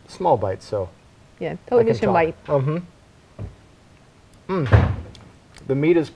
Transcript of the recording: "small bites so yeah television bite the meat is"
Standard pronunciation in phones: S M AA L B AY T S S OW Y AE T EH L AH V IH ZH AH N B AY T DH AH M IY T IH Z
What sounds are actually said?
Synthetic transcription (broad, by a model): S M AA L B AY T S S OW Y AE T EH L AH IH S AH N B AY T DH AH M IY T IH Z